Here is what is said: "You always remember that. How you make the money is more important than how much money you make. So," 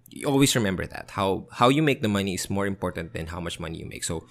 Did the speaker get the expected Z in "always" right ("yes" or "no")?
no